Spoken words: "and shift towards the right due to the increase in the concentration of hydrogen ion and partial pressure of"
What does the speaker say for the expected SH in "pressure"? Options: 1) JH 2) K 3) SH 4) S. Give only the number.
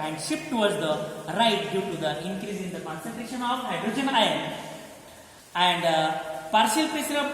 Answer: 4